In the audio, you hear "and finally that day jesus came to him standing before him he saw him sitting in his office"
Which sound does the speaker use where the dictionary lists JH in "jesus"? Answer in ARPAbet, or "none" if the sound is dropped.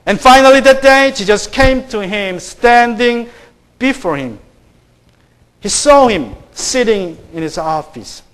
SH